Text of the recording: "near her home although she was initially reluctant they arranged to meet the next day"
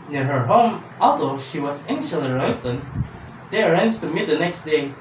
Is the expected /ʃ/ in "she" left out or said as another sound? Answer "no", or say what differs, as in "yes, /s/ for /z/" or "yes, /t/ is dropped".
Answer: no